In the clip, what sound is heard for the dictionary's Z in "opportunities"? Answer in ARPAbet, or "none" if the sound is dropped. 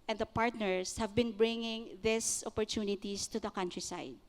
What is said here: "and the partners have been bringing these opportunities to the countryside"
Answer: S